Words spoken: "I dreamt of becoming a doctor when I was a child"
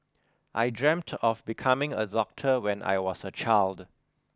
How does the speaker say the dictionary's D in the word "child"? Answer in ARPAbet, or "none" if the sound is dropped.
D